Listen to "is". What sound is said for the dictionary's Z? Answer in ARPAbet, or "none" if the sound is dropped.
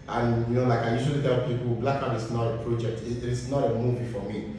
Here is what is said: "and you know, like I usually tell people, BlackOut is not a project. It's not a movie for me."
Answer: S